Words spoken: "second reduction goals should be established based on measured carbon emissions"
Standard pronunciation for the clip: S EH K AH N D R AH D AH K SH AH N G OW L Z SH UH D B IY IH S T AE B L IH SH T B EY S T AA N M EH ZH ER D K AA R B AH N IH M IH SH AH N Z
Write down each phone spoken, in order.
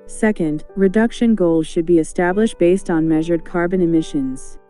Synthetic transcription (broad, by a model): S EH K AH N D R AH D AH K SH AH N G OW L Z SH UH D B IY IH S T AE B L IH SH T B EY S T N M EH ZH ER D K AA R B AH N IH M IH SH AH N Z